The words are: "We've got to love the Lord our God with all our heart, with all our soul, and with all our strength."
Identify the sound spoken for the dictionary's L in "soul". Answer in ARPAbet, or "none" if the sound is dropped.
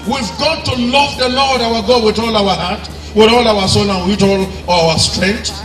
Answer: N